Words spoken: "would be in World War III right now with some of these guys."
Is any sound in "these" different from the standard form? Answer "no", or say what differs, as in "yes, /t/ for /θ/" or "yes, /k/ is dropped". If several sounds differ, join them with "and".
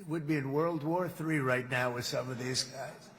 no